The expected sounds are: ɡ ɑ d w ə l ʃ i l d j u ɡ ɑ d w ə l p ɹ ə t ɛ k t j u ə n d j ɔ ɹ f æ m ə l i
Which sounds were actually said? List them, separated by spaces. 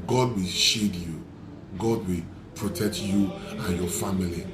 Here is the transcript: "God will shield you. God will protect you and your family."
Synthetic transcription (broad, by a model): ɡ ɑ d w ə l ʃ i d j u ɡ ɑ d w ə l p ɹ ə t ɛ k t j u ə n j ɔ f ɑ m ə l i